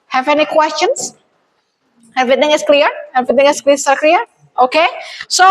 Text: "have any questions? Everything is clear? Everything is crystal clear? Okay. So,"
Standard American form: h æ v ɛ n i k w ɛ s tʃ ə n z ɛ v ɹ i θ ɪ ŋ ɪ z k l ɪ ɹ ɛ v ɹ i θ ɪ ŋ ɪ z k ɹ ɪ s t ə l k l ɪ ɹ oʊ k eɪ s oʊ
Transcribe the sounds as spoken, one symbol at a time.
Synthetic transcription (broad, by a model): h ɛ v ɛ n i k w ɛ s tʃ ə n s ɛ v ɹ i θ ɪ ŋ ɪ s k l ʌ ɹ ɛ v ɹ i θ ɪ ŋ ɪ s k l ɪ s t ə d k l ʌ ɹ oʊ k eɪ s oʊ